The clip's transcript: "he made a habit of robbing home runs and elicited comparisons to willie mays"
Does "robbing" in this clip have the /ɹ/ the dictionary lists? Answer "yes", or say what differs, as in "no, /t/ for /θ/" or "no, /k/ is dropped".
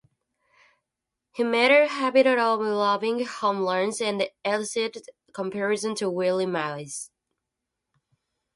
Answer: no, /l/ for /ɹ/